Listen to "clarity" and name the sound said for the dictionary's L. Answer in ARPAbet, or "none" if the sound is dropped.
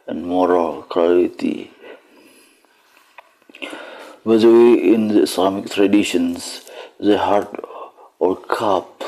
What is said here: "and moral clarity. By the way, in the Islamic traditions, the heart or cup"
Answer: none